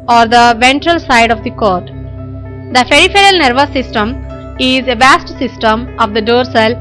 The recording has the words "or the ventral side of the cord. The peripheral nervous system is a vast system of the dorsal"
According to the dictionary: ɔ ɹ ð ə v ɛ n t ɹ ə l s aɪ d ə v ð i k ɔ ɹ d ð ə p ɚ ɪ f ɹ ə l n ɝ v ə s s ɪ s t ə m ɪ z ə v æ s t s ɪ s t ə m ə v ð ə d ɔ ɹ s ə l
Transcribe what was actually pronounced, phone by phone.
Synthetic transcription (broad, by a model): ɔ ɹ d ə v ɛ n t ɹ ə l s aɪ d ə v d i k ɔ ɹ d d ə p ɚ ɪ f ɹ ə l n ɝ v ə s s ɪ s t ə m ɪ z ə v æ s t s ɪ s t ə m ə v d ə d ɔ ɹ s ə l